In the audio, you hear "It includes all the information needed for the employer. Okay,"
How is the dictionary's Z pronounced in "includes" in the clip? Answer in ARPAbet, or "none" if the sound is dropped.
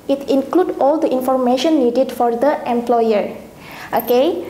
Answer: none